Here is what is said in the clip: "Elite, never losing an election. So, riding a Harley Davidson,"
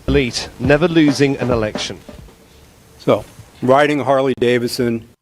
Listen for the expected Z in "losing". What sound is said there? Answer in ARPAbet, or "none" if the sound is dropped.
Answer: Z